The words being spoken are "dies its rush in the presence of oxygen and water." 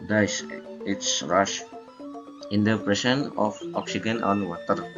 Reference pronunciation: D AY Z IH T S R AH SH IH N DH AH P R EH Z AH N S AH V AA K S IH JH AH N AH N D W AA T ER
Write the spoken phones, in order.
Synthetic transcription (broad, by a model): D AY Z IH T S R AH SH IH N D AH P R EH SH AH N AH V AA K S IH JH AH N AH N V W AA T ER